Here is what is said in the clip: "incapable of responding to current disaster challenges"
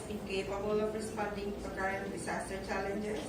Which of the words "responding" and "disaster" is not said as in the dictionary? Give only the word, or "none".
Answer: disaster